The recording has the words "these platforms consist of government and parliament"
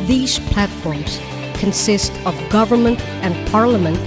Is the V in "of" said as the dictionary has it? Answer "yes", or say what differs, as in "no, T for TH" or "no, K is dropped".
yes